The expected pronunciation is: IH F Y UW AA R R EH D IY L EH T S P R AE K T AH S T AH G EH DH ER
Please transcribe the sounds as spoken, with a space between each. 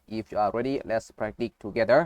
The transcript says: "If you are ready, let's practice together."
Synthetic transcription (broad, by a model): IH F Y UW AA L R EH D IY L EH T S P R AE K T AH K T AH G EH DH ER